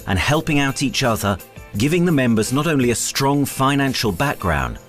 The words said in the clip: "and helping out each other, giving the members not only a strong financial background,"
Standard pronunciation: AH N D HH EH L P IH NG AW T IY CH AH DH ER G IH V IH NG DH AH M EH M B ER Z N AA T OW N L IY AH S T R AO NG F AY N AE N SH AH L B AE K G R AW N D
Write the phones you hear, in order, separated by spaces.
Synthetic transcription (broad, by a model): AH N HH EH L P IH NG AW T IY CH AH DH ER G IH V IH NG DH AH M EH M B ER Z N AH T OW N L IY AH S T R AO NG F AY N AE N SH AH L B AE K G R AW N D